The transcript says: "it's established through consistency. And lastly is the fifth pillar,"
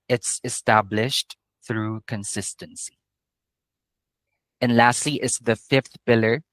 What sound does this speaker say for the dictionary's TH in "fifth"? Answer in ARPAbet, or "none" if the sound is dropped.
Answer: TH